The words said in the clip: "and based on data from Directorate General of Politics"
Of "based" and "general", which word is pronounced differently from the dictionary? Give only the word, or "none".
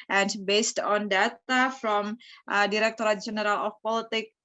none